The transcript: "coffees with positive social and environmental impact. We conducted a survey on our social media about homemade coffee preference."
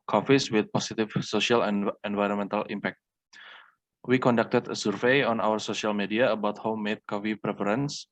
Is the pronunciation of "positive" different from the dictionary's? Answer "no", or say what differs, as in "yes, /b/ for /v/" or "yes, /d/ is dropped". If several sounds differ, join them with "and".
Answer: yes, /s/ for /z/